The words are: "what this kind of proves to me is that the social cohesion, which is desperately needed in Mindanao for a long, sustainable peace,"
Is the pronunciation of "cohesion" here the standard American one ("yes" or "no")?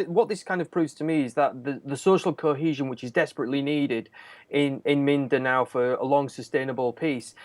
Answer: yes